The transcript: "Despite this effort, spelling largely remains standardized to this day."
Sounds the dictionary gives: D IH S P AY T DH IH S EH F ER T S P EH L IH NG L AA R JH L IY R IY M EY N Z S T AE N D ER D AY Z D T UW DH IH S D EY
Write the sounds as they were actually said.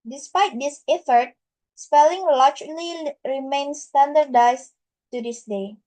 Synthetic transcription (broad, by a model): D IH S P AY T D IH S EH F ER T S P EH L IH NG L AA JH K L IY R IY M EY N S T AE N D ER D AY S T UW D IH S D EY